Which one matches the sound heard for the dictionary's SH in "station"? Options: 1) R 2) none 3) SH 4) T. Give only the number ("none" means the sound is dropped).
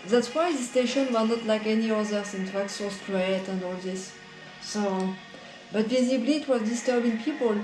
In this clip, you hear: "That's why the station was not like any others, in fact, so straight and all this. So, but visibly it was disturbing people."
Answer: 3